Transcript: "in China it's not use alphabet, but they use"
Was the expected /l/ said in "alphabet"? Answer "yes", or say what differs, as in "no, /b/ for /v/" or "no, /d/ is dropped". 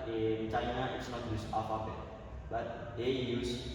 no, /l/ is dropped